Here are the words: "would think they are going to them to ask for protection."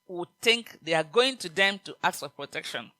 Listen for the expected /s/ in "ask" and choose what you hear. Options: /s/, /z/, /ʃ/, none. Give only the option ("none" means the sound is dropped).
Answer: none